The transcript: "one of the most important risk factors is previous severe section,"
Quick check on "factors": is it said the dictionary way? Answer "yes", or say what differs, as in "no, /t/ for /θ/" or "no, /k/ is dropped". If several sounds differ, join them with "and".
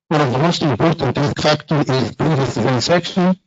no, /z/ is dropped